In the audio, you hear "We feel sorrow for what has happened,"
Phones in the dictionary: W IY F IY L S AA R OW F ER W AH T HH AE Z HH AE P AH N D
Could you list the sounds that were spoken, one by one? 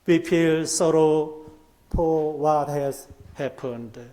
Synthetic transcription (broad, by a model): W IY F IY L S AA R OW P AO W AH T HH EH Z HH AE P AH N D